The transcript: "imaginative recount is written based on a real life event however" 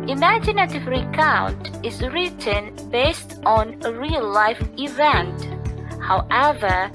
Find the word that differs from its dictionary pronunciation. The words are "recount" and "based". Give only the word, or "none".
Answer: none